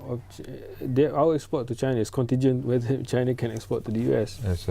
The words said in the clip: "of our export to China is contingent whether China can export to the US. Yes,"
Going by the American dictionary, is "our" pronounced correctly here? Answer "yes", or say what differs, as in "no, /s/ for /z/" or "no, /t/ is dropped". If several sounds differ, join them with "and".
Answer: no, /w/ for /ɹ/